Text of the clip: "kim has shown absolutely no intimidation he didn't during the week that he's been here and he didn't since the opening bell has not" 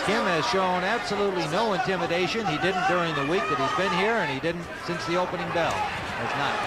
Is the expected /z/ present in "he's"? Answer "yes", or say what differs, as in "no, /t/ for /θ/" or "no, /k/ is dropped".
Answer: yes